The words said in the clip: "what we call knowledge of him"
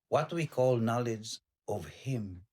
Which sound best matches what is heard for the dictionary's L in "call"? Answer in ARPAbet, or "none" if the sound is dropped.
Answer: L